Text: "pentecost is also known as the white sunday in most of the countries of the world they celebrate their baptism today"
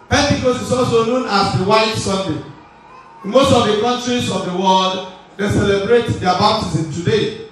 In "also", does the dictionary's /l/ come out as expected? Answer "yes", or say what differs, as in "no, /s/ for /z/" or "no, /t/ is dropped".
yes